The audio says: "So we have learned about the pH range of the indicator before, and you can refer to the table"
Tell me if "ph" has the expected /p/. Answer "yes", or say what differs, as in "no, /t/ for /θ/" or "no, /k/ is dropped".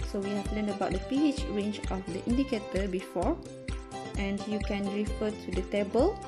yes